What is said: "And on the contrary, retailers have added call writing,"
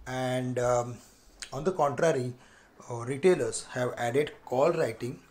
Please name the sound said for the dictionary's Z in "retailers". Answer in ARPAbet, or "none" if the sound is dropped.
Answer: S